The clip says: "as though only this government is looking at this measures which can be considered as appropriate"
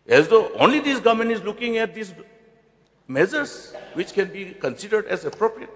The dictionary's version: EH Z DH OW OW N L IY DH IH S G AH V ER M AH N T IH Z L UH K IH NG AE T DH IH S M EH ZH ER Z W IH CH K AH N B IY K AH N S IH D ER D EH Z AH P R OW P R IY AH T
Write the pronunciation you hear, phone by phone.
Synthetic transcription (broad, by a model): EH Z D OW OW N L IY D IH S G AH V M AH N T IH Z L UH K IH NG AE T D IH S M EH Z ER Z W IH CH K AH N B IY K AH N S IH D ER D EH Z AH P R OW P R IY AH T